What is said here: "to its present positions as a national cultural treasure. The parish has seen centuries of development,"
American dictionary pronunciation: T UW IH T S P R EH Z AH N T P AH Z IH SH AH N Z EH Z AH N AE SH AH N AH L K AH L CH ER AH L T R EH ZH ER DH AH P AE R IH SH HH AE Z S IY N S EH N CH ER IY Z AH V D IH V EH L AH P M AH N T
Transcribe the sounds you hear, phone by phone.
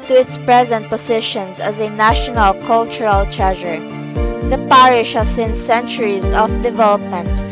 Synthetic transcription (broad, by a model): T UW IH T S P R EH Z AH N T P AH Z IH SH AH N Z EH Z AH N AE SH AH N AH L K AH L CH ER AH L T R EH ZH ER DH AH P AE R IH SH HH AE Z S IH N S EH N CH ER IY Z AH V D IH V EH L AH P M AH N T